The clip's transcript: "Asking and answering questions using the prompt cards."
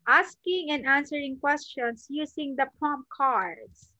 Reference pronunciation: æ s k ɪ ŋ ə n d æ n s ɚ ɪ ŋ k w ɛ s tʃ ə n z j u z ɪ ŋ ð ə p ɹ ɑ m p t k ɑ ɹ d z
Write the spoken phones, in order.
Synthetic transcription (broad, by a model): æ s k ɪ ŋ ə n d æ n s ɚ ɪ ŋ k w ɛ s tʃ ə n s j u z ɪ ŋ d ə p ɹ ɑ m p k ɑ ɹ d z